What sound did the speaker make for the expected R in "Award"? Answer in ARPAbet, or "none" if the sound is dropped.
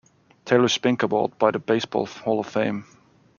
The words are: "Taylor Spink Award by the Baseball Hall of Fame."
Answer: L